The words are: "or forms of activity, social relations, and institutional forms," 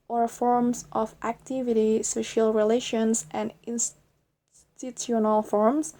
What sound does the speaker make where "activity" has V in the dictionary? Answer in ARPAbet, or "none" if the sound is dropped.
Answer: V